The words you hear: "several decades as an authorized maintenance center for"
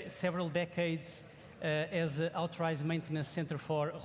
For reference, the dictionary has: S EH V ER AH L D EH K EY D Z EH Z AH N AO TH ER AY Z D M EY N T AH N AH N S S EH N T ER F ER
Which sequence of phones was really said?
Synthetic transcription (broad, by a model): S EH V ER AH L D EH K EY D Z EH Z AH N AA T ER AY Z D M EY N T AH N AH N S S EH N T ER F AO